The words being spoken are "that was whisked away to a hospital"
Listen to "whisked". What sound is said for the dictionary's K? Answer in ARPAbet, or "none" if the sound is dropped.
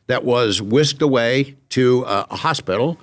K